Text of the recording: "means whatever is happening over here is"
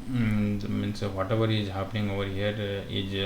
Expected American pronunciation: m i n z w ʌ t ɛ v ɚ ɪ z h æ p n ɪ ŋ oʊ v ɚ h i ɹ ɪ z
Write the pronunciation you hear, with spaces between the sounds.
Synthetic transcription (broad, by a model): m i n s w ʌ t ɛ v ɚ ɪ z h æ p n ɪ ŋ oʊ v ɚ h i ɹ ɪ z